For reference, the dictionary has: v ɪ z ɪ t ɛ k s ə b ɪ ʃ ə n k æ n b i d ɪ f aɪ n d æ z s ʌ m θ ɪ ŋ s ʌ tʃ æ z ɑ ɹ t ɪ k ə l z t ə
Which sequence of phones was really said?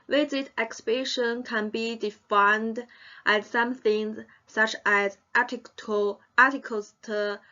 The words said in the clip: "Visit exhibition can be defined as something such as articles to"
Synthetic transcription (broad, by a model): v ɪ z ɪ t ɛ k s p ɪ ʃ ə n k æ n b i d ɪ f aɪ n d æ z s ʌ m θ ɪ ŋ s ʌ tʃ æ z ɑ l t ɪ k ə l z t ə